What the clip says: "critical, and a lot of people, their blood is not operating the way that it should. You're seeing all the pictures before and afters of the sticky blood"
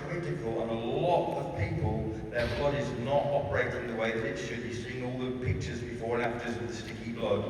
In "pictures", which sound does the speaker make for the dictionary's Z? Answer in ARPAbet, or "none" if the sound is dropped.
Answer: Z